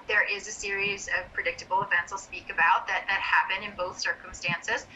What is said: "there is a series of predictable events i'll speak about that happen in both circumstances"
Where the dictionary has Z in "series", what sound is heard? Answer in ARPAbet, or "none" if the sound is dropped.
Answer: Z